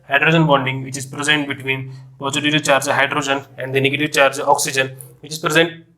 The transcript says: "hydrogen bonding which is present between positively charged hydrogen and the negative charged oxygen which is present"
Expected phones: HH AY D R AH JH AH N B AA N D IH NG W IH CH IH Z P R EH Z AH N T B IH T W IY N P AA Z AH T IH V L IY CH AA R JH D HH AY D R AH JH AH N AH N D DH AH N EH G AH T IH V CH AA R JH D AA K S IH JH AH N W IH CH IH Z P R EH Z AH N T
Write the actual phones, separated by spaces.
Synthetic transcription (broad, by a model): HH AY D R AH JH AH N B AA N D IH NG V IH CH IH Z P R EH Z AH N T B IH T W IY N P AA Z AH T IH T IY CH AA R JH HH AY D R AH JH AH N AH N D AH N EH G AH T IH V CH AA R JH AA K S IH JH AH N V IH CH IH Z P R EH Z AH N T